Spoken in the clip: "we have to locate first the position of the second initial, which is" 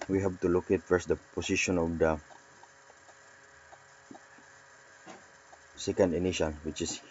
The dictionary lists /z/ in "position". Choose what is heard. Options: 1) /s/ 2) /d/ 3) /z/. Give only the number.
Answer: 1